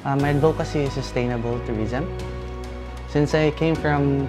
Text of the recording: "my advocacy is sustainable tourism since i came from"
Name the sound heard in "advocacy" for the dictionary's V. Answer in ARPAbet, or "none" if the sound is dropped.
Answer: B